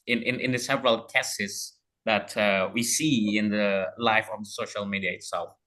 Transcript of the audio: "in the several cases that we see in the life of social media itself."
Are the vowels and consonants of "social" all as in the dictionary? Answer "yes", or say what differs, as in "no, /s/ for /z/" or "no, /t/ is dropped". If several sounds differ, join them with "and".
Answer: yes